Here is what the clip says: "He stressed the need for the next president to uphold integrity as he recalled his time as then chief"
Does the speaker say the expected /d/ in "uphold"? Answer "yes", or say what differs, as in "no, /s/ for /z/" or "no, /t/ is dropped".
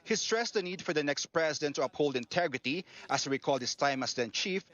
yes